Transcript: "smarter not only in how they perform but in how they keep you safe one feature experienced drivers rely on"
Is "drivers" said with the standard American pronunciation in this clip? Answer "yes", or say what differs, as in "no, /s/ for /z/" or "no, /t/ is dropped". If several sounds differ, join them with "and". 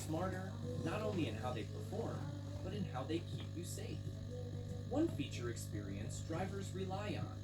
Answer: yes